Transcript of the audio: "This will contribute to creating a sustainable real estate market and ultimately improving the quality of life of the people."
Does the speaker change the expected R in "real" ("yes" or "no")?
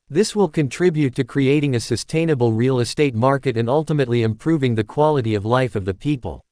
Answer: no